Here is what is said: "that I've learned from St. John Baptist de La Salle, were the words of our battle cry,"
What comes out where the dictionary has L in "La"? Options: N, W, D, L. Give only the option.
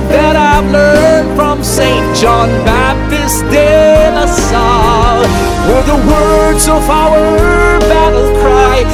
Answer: N